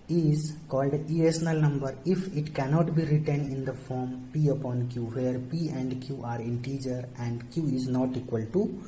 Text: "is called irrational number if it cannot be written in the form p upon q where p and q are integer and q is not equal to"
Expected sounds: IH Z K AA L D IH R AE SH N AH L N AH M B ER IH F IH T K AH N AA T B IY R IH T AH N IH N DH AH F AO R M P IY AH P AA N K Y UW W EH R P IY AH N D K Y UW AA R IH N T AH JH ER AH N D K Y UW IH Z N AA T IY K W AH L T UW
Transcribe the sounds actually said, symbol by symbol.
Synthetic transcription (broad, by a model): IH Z K AA L D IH EH S N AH L N AH M B ER IH F IH T K AH N AA T B IY R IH T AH N IH N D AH F AO R M P IY AH P AA N K Y UW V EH R P IY AH N D K Y UW AA R IH N T AH JH ER AH N D K Y UW IH Z N AA T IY K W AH L T UW